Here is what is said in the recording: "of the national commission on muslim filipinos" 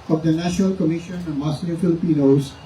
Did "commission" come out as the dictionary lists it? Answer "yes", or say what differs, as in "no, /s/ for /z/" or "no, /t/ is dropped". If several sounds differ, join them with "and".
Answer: yes